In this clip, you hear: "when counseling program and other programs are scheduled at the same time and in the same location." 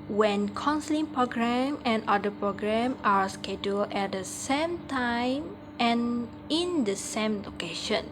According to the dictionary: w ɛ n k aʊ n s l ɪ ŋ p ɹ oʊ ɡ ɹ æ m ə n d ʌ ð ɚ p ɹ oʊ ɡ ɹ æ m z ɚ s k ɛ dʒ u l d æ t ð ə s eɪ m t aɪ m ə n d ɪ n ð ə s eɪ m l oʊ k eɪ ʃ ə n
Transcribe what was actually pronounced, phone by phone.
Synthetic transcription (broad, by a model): w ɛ n k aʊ n s l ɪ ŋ p ɹ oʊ ɡ ɹ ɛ m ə n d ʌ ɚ p ɹ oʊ ɡ ɹ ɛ m ɑ s k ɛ dʒ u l ɛ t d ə s eɪ m t aɪ m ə n ɪ n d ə s eɪ m l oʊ k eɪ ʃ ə n